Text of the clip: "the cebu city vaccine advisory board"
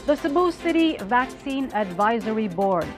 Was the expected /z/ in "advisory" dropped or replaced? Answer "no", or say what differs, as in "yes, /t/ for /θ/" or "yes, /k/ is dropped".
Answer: no